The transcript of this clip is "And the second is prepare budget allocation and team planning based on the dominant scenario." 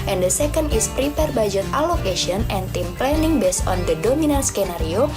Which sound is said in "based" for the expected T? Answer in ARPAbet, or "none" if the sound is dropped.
none